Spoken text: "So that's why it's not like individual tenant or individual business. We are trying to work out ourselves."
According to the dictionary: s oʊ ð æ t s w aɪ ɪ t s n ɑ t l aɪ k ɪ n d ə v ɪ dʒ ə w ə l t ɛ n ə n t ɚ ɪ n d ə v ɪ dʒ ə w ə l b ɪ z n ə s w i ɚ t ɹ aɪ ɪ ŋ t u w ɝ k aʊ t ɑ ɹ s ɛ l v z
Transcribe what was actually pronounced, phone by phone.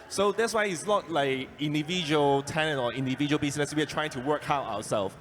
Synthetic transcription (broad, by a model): s oʊ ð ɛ t s w aɪ ɪ t s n ɑ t l aɪ k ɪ n d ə v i dʒ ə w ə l t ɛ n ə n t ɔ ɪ n d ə v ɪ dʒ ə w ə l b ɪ s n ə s w i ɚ t ɹ aɪ ɪ ŋ t u w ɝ k aʊ t ɑ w s ɛ l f